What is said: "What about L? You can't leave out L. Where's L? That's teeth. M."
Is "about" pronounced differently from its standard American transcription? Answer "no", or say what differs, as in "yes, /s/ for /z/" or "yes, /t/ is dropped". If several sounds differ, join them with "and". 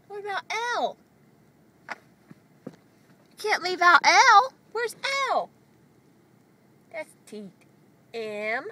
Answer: yes, /b/ is dropped